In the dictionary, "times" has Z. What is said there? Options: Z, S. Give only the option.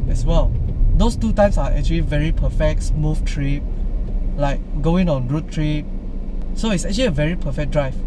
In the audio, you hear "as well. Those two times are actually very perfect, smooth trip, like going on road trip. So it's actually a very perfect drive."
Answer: S